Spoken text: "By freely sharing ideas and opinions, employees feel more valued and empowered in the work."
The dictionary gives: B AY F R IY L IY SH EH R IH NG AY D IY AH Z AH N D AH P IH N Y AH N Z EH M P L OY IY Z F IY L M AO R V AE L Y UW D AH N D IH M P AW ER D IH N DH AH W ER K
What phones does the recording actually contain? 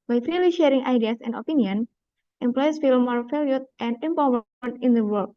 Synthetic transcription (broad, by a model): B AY F R IY L IY SH EH R IH NG AY D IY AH S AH N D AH P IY N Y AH N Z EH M P L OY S F IY L M AO R F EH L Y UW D AH N D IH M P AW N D IH N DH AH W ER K